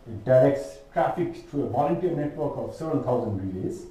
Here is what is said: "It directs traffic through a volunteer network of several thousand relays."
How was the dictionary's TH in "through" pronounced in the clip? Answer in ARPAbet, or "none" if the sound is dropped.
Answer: T